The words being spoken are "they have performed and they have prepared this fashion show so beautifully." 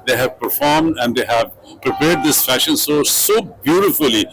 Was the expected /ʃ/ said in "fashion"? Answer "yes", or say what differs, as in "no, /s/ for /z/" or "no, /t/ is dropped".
yes